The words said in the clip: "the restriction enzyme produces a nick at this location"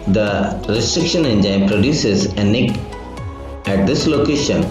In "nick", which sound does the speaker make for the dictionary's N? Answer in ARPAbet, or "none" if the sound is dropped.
N